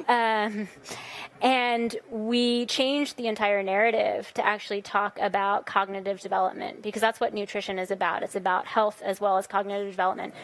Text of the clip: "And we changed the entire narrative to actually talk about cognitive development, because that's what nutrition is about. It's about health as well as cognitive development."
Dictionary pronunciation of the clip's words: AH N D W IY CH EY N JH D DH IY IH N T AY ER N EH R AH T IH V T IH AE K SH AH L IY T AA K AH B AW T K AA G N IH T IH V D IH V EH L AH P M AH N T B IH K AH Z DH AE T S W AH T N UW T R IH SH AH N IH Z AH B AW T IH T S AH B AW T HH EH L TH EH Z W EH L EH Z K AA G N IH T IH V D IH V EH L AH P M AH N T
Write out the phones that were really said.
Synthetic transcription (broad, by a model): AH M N W IY CH EY N JH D DH IY IH N T AY ER N EH R AH T IH V T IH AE K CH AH L IY T AA K AH B AW T K AA G N IH T IH V D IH V EH L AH P M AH N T B IH K AH Z DH AE T S W AH T N UW T R IH SH AH N IH Z AH B AW T IH T S AH B AW T HH EH L TH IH Z W EH L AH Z K AA G N IH T IH V D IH V EH L AH P M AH N T